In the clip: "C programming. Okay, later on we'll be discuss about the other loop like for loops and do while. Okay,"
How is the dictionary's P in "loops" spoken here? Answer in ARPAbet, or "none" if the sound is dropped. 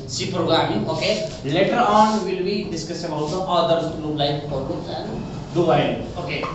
none